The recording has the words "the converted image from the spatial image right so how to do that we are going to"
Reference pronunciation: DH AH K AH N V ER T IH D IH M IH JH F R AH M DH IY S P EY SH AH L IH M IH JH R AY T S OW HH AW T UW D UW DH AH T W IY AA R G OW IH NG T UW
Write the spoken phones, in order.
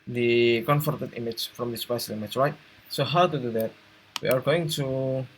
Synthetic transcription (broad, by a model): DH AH K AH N F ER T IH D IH M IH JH F R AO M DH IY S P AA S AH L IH M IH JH R AY T S OW HH AW T UW D UW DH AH T W IY AA R G OW IH NG T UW